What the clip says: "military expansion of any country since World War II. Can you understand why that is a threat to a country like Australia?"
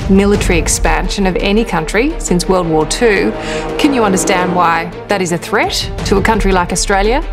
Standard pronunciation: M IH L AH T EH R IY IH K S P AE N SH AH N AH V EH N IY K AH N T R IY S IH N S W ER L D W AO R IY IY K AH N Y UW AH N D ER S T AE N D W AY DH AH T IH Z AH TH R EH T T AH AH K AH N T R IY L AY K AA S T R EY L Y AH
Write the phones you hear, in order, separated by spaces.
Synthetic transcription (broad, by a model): M IH L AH T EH R IY IH K S P AE N SH AH N AH V EH N IY K AH N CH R IY S IH N S W ER L D W AO R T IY K AH N Y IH AH N D ER S T AE N D W AY DH AH T IH Z AH TH R EH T T AH AH K AH N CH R IY L AY K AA S T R EY L Y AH